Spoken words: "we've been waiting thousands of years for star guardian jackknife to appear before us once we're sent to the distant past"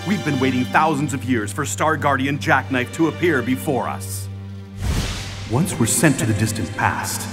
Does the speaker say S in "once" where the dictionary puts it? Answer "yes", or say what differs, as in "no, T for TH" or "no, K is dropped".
yes